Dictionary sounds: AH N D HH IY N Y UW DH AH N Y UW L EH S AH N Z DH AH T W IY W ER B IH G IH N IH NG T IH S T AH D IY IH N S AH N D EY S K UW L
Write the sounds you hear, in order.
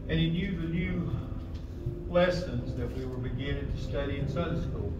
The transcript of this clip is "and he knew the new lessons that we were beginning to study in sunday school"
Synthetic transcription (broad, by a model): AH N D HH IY N Y UW DH AH N Y UW L EH S AH N Z DH AH T W IY W ER B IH G IH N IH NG T IH S T AH D IY IH N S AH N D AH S K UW L